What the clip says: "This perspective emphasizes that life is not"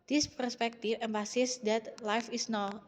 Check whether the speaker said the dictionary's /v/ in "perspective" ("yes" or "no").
no